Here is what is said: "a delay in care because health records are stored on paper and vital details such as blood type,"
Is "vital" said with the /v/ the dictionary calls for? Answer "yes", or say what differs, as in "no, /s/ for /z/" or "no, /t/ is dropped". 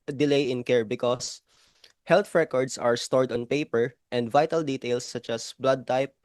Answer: yes